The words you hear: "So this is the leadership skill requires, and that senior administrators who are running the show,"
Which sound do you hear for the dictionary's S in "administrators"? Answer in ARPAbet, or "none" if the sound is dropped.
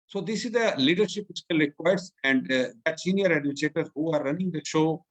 none